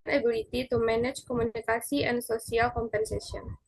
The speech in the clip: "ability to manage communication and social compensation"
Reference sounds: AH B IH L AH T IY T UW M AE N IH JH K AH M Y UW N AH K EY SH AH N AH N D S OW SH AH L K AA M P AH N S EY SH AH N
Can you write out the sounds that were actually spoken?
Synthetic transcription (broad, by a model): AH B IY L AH T IY T UW M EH N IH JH K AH M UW N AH K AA S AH AH N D S OW S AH L K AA M P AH N S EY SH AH N